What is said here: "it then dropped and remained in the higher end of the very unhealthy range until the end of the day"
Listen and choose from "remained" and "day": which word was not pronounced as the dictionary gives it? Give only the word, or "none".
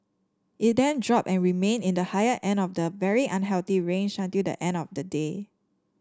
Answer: remained